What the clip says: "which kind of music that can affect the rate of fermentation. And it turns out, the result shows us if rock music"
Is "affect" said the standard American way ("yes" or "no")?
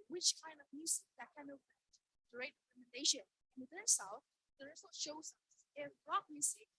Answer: no